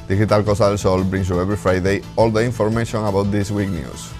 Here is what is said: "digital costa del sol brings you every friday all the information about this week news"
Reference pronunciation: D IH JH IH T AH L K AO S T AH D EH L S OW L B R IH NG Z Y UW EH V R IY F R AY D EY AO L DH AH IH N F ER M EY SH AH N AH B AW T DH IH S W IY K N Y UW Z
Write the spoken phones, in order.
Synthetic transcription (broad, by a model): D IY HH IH T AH L K AO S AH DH EH L S OW L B R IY NG S Y UW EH B R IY F R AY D EY AO L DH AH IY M F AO M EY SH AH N AH B AW T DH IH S W IY K N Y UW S